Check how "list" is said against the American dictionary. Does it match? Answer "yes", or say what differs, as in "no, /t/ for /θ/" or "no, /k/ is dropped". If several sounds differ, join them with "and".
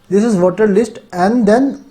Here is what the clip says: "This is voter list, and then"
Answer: yes